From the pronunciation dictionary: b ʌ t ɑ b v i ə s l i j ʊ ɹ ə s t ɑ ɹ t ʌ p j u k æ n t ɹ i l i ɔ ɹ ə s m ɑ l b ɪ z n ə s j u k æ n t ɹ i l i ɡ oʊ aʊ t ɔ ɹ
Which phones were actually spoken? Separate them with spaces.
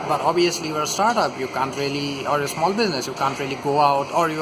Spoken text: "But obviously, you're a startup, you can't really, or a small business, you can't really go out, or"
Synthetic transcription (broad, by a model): b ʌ t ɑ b i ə s l i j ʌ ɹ s t ɑ ɹ t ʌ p j u k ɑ n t ɹ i l i ɔ ɹ ə s m ɑ l b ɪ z n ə s j u k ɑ n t ɹ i l i ɡ oʊ aʊ t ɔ ɹ